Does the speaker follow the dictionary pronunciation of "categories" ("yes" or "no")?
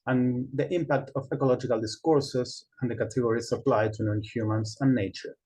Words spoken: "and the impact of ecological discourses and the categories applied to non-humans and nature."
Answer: no